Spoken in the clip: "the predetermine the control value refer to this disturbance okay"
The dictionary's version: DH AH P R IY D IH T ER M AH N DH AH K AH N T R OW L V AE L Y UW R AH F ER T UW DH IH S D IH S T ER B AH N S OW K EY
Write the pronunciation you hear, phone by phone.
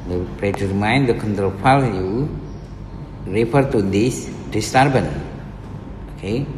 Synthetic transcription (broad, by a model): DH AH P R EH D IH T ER M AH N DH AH K AH N T R OW L F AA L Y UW R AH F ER T UW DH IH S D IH S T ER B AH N OW K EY